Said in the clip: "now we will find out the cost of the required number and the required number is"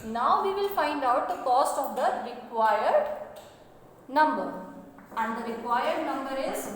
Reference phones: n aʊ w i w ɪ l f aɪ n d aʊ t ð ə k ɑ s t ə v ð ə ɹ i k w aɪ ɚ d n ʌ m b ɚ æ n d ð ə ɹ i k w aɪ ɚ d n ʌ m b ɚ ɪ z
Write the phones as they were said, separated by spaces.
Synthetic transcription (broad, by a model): n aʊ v i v ɪ l f aɪ n d aʊ t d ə k ɑ s t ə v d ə ɹ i k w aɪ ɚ d n ʌ m b ɚ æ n d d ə ɹ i k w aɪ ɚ d n ʌ m b ɚ ɪ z